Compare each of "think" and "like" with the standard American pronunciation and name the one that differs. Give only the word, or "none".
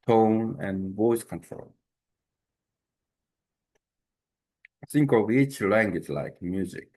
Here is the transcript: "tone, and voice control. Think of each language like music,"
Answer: think